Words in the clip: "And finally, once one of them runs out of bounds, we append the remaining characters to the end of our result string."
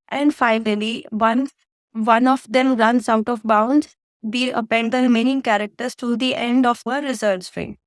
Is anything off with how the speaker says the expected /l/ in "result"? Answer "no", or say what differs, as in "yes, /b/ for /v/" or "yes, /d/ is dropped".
yes, /l/ is dropped